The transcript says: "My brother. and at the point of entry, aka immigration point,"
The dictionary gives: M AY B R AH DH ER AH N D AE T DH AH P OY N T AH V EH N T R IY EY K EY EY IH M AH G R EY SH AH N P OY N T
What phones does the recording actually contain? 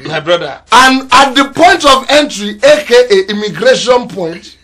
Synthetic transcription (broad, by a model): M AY B R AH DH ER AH N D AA T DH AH P OY N T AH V EH N T R IY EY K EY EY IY M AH G R EY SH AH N P OY N T